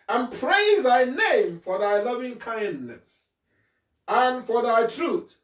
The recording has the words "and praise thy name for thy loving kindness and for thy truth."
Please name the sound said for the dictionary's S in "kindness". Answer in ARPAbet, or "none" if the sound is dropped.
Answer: S